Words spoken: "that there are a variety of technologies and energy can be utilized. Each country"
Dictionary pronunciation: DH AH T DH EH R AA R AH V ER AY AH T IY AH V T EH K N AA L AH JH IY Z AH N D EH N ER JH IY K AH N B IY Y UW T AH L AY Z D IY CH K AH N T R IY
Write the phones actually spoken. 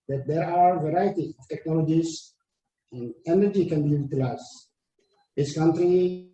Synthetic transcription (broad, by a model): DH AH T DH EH R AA W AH V ER AY AH T IY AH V T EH K N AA L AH JH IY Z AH N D EH N ER JH IY K AH N B IY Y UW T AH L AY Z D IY S K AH N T R IY